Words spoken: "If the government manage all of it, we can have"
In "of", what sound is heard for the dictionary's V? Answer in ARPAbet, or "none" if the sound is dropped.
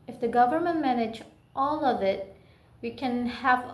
V